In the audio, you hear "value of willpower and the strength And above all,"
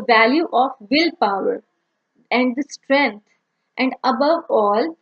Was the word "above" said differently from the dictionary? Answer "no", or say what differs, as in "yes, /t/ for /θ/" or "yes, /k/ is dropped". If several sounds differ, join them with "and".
no